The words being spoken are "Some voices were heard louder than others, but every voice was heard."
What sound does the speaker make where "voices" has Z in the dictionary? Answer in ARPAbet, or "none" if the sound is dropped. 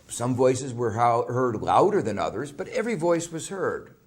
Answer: Z